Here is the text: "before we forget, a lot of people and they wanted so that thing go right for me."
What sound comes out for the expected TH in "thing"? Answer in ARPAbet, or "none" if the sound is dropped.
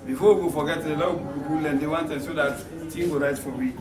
T